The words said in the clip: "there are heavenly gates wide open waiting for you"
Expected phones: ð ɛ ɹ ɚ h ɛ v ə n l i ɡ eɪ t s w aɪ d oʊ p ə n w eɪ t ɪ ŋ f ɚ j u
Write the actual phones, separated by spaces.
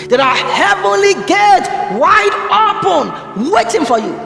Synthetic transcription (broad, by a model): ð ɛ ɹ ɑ h ɛ v ə n l i ɡ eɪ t w aɪ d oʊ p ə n w eɪ t ɪ ŋ f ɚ j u